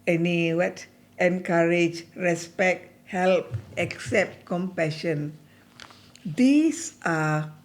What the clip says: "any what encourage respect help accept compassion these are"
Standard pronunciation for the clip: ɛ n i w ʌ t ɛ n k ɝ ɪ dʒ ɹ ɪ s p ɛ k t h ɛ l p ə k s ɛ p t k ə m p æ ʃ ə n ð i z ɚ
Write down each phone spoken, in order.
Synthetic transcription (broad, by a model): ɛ n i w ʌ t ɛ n k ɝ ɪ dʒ ɹ ɪ s p ɛ k t h ɛ l p ə k s ɛ p t k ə m p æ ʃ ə n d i s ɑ